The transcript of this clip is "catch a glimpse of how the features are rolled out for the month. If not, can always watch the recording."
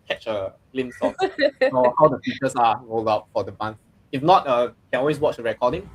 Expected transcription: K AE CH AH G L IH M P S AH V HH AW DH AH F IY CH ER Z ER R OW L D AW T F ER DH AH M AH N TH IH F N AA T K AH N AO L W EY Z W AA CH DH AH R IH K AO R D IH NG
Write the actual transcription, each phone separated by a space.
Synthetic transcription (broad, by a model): K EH CH AH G L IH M S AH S HH AW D AH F IY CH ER S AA R OW L D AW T F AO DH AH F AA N S IH F N AA T K AH N AO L W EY S W AA CH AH R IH K AO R D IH NG